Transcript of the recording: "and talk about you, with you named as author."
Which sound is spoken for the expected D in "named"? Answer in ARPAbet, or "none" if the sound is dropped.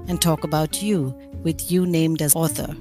D